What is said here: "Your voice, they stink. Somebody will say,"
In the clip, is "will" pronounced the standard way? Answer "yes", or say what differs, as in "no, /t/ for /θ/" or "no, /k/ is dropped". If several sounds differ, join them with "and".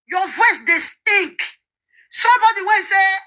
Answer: no, /n/ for /l/